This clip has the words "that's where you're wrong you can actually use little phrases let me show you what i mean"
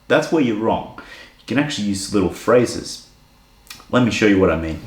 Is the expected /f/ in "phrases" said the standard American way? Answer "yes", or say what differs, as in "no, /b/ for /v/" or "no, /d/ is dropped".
yes